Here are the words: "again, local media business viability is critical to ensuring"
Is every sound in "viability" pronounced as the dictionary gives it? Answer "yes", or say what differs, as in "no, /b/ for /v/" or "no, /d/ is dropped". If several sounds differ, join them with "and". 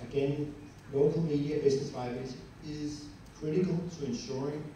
no, /b/ is dropped